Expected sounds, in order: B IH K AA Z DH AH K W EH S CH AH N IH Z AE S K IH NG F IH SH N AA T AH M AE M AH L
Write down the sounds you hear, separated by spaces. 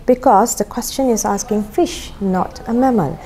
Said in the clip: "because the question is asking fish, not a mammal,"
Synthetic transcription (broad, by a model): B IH K AA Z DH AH K W EH S CH AH N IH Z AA S K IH NG F IH SH N AA T AH M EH M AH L